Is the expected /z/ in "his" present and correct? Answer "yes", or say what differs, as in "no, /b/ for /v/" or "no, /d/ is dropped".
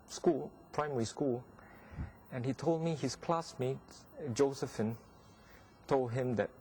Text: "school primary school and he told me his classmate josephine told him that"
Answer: no, /s/ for /z/